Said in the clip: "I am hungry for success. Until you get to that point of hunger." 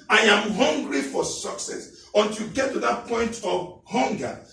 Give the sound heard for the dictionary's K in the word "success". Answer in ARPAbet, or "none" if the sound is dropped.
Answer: K